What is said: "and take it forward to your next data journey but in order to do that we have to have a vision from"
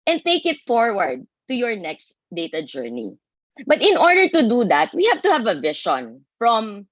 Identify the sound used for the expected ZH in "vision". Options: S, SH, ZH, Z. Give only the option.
SH